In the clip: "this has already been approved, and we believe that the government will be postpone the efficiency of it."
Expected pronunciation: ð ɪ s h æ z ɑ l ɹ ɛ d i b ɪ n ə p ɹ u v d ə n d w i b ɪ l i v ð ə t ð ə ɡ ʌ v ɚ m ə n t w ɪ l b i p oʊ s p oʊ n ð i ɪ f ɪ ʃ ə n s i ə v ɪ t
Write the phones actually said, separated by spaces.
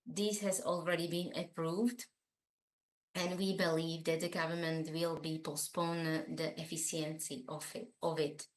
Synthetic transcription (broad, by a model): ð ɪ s h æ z ɑ l ɹ ɛ d i b ɪ n ə p ɹ u v d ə n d w i b ɪ l i v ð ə t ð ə ɡ ʌ v ɚ m ə n t w ɪ l b i p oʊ s p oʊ n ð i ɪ f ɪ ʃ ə n s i ə v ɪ t